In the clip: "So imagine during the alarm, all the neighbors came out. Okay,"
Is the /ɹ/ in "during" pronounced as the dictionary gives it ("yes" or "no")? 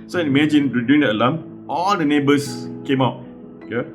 no